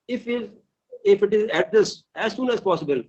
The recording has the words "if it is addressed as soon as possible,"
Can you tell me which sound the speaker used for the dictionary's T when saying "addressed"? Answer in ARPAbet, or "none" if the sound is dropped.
none